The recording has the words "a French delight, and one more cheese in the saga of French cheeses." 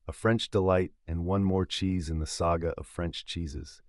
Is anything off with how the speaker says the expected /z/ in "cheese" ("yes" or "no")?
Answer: no